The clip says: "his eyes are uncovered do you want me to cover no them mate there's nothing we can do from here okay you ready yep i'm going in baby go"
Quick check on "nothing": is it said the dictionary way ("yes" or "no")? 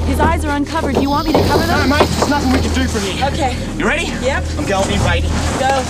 yes